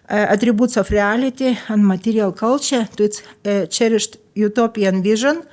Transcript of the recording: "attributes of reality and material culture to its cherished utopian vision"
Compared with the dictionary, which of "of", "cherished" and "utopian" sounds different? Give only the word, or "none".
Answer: of